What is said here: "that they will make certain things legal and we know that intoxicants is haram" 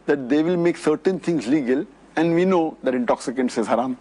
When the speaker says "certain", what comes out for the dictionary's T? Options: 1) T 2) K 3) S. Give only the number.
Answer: 1